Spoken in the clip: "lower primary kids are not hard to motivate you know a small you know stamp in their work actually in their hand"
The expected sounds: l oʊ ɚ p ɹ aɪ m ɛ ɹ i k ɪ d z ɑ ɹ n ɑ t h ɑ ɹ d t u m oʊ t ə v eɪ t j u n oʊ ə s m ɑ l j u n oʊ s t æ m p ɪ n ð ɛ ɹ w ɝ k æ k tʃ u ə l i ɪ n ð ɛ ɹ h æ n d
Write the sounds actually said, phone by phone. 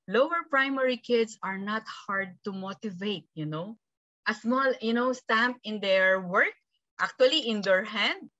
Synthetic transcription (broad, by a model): l oʊ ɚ p ɹ aɪ m ɛ ɹ i k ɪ d s ɑ ɹ n ɑ t h ɑ ɹ d t u m oʊ t ə v eɪ t j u n oʊ ə s m ɑ l j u n oʊ s t æ m p ɪ n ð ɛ ɹ w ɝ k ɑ k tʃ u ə l i ɪ n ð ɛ ɹ h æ n d